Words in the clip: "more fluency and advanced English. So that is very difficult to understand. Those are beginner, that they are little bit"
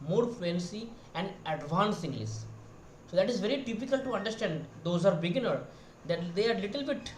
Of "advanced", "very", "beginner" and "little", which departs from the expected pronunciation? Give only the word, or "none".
advanced